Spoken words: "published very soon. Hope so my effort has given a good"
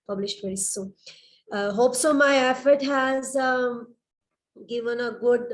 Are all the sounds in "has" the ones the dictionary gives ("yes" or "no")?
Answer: yes